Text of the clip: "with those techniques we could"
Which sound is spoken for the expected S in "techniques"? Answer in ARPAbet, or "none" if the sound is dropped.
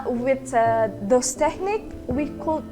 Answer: none